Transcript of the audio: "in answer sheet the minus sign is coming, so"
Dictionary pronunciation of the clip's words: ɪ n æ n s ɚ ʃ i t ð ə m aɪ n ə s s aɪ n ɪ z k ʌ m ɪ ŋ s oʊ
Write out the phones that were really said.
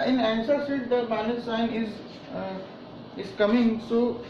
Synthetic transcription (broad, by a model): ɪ n æ n s ɚ s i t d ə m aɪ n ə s s aɪ n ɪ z k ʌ m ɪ ŋ s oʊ